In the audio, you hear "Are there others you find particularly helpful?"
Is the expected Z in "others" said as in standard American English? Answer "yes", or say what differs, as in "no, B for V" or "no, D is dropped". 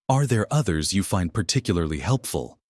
yes